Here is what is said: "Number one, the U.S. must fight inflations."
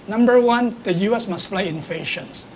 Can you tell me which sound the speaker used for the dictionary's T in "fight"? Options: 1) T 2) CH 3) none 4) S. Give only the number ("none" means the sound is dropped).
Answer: 3